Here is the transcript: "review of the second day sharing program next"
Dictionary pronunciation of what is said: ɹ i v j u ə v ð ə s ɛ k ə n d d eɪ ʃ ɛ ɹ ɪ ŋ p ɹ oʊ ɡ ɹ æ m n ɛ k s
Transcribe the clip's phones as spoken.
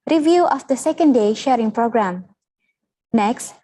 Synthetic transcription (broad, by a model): ɹ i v j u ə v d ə s ɛ k ə n d d eɪ ʃ ɛ ɹ ɪ ŋ p ɹ oʊ ɡ ɹ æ m n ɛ k s